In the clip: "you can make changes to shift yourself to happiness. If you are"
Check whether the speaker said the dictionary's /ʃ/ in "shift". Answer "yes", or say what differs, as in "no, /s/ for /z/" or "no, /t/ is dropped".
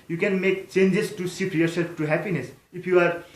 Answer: no, /s/ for /ʃ/